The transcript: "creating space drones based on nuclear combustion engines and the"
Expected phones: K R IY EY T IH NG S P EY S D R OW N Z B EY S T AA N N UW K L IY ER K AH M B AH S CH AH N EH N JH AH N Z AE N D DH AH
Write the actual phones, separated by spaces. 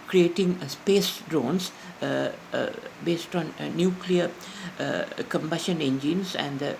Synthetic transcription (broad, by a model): K R IY EY T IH NG S P EY S D R OW N S B EY S T AA N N UW K L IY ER K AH M B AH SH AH N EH N JH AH N S AE N D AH